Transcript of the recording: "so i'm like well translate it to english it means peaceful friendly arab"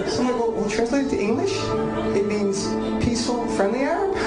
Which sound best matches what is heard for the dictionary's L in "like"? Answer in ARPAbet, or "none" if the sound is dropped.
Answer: W